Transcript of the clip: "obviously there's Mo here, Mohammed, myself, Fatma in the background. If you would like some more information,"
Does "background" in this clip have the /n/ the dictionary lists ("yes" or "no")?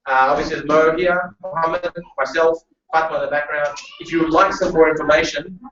yes